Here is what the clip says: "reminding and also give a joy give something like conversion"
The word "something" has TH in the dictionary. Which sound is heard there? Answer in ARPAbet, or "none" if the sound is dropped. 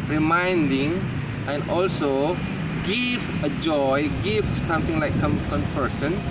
T